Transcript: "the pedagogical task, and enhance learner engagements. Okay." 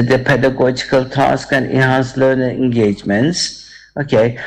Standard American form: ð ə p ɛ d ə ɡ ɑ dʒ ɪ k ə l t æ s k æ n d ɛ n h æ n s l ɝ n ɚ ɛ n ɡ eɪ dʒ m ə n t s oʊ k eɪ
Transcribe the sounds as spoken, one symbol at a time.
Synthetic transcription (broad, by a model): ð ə p ɛ d ə ɡ ɑ dʒ ɪ k ə l t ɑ s k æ n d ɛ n h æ n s l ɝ n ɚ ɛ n ɡ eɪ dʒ m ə n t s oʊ k eɪ